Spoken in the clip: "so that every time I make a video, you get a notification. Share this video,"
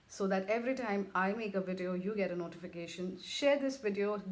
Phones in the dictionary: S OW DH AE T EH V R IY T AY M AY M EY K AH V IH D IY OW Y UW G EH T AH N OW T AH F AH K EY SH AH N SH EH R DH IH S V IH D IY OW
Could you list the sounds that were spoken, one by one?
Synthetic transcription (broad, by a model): S OW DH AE T EH V R IY T AY M AY M EY K AH V IH D IY OW Y UW G EH T AH N OW T AH F AH K EY SH AH N SH EH R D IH S V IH D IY OW